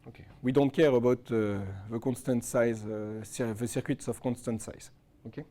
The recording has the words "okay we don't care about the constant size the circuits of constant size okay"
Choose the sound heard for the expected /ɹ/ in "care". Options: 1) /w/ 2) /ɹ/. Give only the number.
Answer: 2